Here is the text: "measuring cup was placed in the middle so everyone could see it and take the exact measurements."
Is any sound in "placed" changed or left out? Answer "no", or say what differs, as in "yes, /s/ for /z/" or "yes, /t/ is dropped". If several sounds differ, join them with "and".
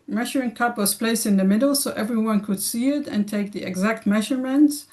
no